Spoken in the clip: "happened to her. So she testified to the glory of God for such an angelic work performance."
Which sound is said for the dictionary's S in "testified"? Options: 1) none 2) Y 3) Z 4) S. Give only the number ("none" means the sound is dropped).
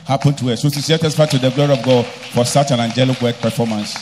1